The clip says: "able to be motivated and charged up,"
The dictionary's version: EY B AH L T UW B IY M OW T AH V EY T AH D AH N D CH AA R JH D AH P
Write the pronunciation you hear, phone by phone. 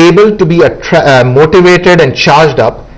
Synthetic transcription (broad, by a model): EY B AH L T UW B IY M OW T AH V EY T AH D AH N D CH AA R JH D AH P